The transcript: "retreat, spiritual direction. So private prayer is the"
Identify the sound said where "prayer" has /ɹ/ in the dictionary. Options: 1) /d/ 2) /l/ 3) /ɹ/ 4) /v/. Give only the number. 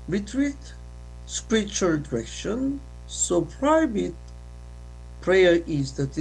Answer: 3